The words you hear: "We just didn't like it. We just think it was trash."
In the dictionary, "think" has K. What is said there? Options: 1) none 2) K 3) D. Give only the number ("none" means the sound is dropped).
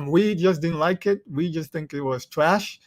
2